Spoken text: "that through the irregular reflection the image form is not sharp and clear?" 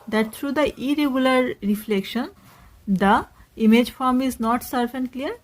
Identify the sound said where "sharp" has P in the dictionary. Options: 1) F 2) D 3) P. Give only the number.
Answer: 1